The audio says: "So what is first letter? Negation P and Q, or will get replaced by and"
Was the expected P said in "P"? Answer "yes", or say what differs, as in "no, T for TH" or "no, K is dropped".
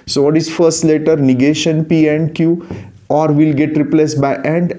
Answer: yes